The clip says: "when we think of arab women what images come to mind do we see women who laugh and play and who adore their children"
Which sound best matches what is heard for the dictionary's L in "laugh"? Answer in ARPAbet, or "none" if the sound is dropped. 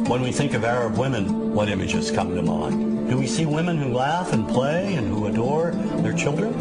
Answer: L